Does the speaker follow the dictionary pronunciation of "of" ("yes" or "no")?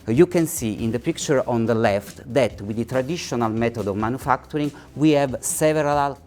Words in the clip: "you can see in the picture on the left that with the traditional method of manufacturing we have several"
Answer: yes